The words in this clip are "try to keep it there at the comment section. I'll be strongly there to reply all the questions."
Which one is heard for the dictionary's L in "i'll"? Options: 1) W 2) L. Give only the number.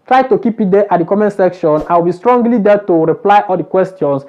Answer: 1